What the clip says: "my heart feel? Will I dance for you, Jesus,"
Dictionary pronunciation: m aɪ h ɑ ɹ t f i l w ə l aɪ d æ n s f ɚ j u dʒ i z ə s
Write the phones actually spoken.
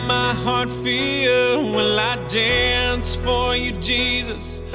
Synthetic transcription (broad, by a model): m aɪ h ɑ ɹ t f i w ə n aɪ d æ n s f ɚ j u dʒ i z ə s